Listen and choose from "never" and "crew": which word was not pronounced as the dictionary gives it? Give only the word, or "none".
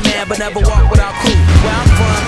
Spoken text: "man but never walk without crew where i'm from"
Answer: crew